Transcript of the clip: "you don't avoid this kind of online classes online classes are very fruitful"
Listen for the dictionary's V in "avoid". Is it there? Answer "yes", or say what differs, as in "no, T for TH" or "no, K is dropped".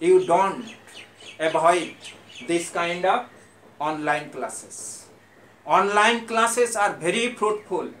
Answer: no, B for V